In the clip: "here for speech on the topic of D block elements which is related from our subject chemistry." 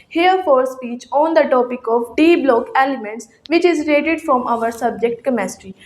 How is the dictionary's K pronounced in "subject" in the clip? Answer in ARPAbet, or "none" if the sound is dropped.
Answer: K